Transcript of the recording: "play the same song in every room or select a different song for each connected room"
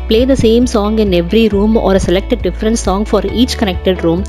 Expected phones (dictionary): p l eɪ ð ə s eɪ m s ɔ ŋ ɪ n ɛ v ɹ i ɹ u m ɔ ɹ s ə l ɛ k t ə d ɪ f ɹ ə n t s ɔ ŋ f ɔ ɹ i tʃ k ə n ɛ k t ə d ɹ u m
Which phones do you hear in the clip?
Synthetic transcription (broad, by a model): p l eɪ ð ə s eɪ m s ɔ ŋ ɪ n ɛ v ɹ i ɹ u m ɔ ɹ s ə l ɛ k t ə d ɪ f ɹ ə n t s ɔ ŋ f ɔ ɹ i tʃ k ə n ɛ k t ə d ɹ u m